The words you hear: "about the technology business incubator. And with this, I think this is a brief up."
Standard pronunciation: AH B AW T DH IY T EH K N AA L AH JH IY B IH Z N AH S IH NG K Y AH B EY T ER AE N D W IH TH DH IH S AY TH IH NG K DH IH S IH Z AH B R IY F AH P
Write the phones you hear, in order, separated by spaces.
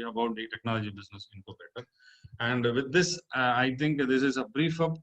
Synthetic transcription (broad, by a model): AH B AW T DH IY T EH K N AA L AH JH IY B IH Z N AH S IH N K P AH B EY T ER AE N D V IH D IH S AY T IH NG K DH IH S IH Z AH B R IY F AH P